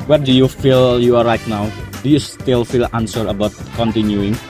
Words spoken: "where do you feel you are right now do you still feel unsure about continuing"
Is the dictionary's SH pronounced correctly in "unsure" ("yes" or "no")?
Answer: no